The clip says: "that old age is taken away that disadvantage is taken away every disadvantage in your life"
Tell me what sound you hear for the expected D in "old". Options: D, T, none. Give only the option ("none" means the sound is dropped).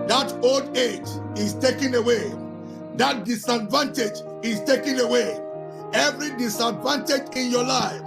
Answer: D